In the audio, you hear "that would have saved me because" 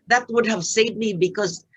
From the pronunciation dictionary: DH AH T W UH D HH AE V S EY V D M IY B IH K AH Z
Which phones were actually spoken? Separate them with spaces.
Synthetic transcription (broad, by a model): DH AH T W UH D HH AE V S EY D M IY B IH K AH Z